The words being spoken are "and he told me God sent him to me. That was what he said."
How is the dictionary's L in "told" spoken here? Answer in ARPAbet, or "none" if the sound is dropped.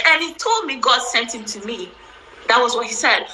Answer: L